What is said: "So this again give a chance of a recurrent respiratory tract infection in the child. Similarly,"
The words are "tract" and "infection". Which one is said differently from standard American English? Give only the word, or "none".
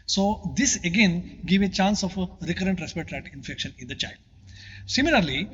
tract